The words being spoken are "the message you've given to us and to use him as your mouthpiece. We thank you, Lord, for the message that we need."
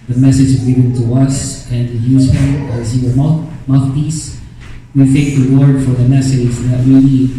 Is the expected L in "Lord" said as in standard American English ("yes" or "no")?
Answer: no